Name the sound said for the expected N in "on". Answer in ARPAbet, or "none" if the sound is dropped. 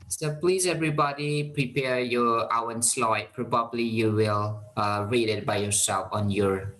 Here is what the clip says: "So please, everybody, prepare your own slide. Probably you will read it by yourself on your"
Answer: N